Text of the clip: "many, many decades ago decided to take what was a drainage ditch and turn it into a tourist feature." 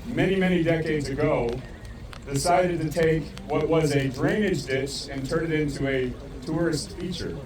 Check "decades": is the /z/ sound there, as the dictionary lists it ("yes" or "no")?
yes